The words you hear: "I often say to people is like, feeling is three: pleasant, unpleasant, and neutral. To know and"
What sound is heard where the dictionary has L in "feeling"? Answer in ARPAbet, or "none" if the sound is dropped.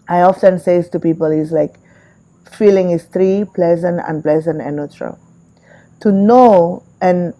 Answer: L